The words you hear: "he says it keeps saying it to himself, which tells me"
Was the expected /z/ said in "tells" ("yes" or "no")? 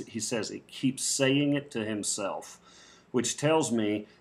yes